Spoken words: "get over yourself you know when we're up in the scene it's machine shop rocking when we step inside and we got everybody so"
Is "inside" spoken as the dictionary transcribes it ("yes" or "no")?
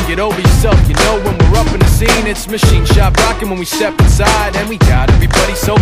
yes